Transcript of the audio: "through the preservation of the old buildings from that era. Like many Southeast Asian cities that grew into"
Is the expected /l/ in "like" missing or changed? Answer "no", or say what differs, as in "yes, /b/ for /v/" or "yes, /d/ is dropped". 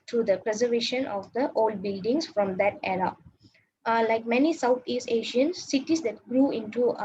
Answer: no